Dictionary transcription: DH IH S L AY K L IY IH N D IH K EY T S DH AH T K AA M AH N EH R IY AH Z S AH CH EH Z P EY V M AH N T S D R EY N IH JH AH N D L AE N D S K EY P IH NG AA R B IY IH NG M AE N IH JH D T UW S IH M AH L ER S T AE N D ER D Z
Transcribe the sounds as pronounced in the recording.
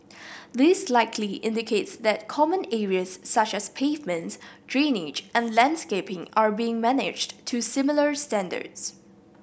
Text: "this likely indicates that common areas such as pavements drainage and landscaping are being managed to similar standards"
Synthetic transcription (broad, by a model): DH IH S L AY K L IY IH N D IH K EY T S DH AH T K AA M AH N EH R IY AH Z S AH CH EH S P EY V M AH N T S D R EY N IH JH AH N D L AE N D S K EY P IH NG AA R B IY IH NG M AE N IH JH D T UW S IH M AH L ER S T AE N D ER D S